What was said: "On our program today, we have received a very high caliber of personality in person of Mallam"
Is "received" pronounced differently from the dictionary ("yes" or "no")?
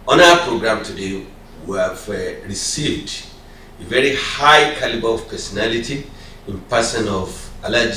no